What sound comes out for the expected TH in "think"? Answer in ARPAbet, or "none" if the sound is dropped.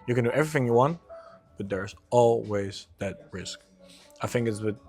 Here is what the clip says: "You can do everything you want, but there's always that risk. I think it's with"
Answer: TH